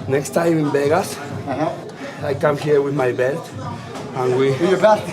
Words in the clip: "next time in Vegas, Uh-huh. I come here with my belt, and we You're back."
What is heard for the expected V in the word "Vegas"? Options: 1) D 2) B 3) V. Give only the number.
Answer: 2